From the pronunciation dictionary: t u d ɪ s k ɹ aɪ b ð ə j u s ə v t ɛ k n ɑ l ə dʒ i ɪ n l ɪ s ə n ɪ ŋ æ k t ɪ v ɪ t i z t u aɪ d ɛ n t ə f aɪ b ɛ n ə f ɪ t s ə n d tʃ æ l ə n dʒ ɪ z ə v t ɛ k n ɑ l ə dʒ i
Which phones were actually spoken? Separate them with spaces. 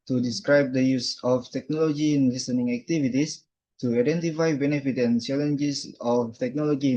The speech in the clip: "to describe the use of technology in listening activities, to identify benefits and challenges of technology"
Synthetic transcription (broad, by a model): t u d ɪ s k ɹ aɪ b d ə j u s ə f t ɛ k n ɑ l ə dʒ i ɪ n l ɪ s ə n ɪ ŋ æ k t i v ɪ t i s t u aɪ d ɛ n t ə f aɪ b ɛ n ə f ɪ t ə n tʃ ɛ l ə n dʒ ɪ s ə f t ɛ k n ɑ l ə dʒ i